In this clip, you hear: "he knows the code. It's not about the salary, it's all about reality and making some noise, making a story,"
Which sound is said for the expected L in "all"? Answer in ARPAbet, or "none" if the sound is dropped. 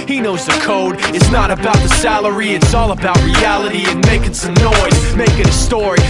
L